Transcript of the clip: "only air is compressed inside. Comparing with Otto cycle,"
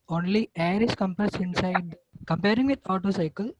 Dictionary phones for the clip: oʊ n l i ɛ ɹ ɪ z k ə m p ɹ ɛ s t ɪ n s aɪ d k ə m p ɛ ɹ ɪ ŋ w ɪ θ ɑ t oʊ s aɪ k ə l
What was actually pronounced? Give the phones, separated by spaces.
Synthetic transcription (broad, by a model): oʊ n l i ɛ ɹ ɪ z k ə m p ɛ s ɪ n s aɪ d k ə m p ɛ ɹ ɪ ŋ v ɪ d ɑ t oʊ s aɪ k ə l